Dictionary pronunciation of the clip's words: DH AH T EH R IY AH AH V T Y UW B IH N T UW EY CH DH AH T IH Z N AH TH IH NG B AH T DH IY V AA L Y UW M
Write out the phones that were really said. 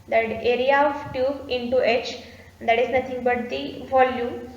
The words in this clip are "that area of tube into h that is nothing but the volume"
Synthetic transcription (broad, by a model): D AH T EH R IY AH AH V T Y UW IH N T UW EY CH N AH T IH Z N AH T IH NG B AH T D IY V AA L Y UW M